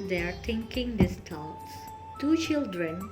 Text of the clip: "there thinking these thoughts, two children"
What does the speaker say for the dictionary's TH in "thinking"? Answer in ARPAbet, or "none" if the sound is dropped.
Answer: T